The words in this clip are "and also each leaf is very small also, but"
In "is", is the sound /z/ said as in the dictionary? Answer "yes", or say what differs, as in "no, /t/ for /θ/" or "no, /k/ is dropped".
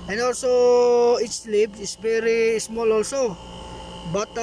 no, /s/ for /z/